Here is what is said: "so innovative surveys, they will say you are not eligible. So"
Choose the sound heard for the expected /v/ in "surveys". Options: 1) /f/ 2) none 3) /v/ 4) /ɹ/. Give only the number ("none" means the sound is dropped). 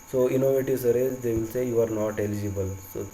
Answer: 2